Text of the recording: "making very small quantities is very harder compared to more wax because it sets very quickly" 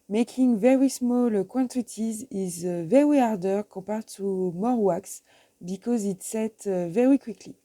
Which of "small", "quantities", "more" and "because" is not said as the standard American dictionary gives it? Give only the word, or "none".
none